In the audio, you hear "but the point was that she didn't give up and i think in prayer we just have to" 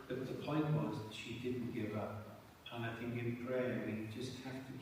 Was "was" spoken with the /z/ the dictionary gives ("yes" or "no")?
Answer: yes